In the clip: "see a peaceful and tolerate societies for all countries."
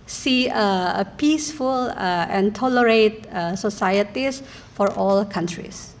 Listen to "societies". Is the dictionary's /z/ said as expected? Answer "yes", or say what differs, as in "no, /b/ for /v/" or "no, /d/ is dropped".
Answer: no, /s/ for /z/